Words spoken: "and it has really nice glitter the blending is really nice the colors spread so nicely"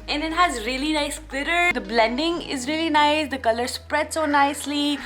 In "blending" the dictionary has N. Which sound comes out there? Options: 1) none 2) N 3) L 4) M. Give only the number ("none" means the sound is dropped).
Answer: 2